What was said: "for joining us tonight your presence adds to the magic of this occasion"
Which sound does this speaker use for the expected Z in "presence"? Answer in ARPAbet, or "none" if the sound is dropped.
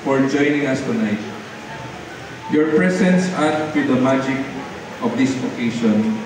S